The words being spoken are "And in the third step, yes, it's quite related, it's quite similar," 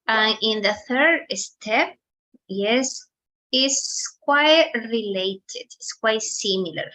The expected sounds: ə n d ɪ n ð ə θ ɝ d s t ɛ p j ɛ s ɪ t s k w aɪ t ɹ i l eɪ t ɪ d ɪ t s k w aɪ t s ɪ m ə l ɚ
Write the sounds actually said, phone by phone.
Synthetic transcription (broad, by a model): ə n ɪ n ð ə θ ɝ d s t ɛ p j ɛ s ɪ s k w aɪ t ɹ i l eɪ t ɪ d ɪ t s k w aɪ t s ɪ m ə l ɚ